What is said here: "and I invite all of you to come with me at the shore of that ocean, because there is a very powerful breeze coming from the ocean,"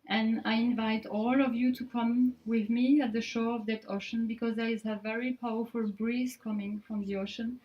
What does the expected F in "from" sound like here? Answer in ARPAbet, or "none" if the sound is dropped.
F